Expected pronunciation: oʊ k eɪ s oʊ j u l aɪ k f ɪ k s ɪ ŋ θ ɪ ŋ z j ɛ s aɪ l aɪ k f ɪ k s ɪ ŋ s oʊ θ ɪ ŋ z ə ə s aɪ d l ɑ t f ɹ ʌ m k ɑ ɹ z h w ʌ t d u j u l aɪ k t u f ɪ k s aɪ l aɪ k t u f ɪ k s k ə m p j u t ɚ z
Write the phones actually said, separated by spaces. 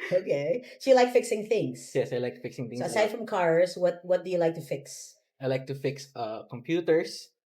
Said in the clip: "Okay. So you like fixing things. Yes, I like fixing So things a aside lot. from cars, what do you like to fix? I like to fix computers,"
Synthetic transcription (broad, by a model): oʊ k eɪ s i l aɪ k f ɪ k s ɪ ŋ θ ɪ ŋ s j ɛ s aɪ l aɪ k f ɪ k s ɪ ŋ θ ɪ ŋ ə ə ɪ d f ɹ ʌ m k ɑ ɹ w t w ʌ t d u j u l aɪ k t u f ɪ k s aɪ l aɪ k t u f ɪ k s k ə m p j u t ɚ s